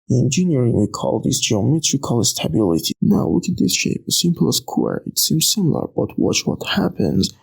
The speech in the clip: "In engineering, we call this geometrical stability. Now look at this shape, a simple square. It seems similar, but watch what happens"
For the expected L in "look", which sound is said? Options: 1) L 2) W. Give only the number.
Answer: 2